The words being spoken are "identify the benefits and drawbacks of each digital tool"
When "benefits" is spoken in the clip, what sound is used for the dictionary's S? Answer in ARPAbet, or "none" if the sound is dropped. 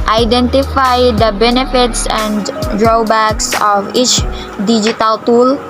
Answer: S